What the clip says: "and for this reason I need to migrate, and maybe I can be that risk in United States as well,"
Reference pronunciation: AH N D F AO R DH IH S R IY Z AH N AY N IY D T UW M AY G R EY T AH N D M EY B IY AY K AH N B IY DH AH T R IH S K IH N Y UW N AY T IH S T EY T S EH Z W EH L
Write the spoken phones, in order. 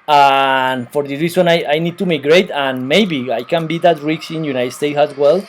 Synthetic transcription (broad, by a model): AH N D F AO R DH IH R IY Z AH N AY N IY D T UW M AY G R EY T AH N M EY B IY AY K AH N B IY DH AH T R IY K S IH N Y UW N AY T S T EY T S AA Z W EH L